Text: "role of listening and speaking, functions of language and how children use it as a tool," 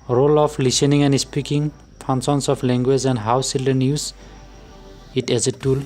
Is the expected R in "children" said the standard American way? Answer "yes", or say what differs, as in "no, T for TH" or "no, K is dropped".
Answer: no, R is dropped